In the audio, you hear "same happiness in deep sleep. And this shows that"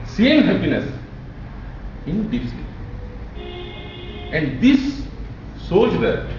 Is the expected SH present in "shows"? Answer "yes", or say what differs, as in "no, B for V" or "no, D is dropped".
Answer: no, S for SH